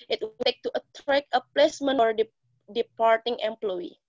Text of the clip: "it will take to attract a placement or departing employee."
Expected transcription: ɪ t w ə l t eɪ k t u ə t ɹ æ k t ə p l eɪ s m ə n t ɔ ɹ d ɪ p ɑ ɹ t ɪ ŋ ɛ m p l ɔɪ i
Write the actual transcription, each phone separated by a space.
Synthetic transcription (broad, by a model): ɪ t w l t eɪ k t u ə t ɹ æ k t ə p l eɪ s m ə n ɔ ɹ d ɪ p ɑ ɹ t ɪ ŋ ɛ m p l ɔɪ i